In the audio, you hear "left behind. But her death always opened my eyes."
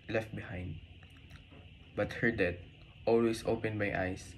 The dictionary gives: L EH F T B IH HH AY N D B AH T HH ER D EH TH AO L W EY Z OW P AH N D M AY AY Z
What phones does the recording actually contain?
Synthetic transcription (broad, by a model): L EH F T B IH HH AY N D B AH T HH ER D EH T AO L W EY S OW P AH N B AY AY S